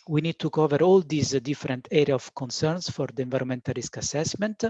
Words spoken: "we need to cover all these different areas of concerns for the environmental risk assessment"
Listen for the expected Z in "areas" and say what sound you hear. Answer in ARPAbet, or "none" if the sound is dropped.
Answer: none